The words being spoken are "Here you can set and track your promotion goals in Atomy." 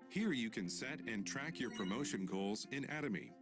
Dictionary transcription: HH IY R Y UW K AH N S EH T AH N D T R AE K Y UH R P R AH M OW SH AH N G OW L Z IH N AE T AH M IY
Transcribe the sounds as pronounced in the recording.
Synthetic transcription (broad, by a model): HH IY R Y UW K AH N S EH T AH N T R AE K Y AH R P R AH M OW SH AH N G OW L Z IH N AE T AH M IY